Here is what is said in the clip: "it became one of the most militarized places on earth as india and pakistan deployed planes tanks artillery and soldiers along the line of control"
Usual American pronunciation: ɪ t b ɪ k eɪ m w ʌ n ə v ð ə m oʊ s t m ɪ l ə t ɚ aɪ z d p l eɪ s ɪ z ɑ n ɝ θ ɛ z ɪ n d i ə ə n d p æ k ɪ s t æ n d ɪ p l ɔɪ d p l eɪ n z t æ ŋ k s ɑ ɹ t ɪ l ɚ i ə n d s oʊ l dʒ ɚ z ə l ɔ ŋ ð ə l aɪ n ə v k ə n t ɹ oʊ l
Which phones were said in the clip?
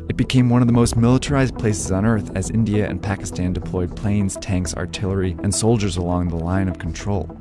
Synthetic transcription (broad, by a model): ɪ t b ɪ k eɪ m w ʌ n ə v ð ə m oʊ s t m ɪ l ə t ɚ aɪ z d p l eɪ s ɪ z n ɝ θ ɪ z ɪ n d i ə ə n p æ k ɪ s t æ n d ɪ p l ɔɪ d p l eɪ n z t æ ŋ k s ɑ ɹ t ɪ l ɚ i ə n s oʊ l dʒ ɚ z ə l ɔ ŋ ð ə l aɪ n ə v k n t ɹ oʊ l